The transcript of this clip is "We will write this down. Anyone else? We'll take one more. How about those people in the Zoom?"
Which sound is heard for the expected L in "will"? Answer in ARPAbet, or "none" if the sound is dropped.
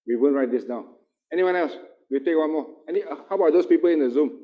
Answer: N